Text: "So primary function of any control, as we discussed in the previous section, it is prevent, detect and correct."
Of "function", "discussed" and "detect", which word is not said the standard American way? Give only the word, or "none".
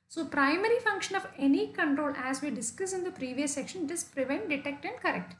discussed